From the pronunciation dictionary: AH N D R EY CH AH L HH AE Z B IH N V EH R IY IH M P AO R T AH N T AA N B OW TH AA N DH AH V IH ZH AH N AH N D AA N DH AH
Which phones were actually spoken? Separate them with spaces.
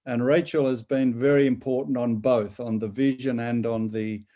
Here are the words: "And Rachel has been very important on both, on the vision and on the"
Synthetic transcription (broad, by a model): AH N R EY CH AH L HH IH Z B IH N V EH R IY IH M P AO R T N T N B OW TH N DH AH V IH ZH AH N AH N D N DH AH